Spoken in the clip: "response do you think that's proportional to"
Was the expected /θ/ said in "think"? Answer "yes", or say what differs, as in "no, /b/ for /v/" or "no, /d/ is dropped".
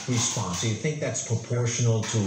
yes